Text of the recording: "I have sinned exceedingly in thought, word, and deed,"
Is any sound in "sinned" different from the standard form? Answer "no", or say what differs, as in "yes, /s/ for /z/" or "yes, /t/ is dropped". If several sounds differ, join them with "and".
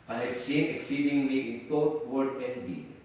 yes, /d/ is dropped